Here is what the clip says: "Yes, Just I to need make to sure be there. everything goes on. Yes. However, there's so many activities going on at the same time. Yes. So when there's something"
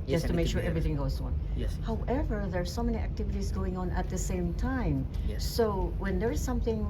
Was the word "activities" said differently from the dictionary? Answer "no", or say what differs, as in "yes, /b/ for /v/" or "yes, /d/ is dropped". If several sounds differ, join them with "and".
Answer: no